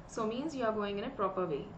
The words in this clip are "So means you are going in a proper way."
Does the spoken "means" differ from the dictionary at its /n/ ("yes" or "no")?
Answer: no